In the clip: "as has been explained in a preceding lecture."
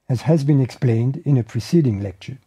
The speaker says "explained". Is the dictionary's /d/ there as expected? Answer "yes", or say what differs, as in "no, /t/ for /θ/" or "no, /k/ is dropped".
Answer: yes